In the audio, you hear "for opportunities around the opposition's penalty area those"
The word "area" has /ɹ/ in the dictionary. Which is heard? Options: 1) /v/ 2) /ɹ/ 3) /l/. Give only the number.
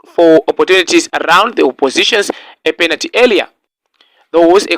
3